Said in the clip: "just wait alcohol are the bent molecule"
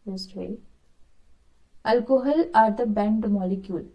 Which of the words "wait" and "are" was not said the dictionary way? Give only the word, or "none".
wait